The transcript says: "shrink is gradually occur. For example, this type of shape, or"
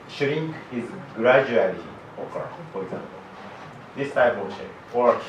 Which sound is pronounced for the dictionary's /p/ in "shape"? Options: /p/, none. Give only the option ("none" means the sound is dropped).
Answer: none